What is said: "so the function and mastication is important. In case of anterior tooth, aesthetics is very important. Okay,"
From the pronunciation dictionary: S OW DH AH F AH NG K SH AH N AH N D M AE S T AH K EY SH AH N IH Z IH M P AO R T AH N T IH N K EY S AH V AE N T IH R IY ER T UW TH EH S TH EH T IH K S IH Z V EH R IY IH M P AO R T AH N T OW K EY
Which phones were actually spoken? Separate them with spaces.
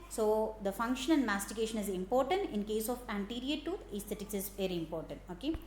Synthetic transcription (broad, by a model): S OW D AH F AH NG K SH AH N AH N D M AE S T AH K EY SH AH N IH Z IH M P AO R T AH N T IH N K EY S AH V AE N T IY R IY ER T UW T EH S T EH T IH K S IH Z V EH R IY IH M P AO R T AH N T OW K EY